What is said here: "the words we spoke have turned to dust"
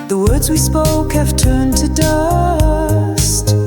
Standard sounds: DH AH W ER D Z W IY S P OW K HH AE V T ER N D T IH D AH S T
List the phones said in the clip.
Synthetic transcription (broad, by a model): DH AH W ER D Z W IY S P OW K HH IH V T ER N T IH D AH S T